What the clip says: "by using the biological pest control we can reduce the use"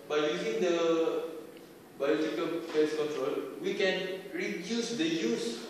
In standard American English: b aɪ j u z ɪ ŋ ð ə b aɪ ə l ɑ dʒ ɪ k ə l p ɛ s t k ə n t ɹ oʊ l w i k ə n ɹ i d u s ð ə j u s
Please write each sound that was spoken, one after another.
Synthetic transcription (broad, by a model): b aɪ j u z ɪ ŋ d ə b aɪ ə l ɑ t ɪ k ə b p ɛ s k ə n t ɹ oʊ l w i k ə n ɹ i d u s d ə j u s